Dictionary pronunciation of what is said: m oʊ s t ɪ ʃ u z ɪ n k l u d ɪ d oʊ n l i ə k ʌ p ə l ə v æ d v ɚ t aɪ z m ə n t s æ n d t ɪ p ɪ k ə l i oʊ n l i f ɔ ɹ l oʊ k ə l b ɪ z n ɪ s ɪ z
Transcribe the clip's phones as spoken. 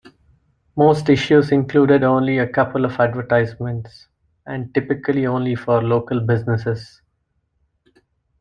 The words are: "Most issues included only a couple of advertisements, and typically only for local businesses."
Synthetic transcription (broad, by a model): m oʊ s t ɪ ʃ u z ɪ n k l u d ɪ d oʊ n l i ə k ʌ p ə l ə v æ d v ɚ t aɪ z m ə n t s æ n d t ɪ p ɪ k ə l i oʊ n l i f ɔ ɹ l oʊ k ə l b ɪ z n ɪ s ɪ z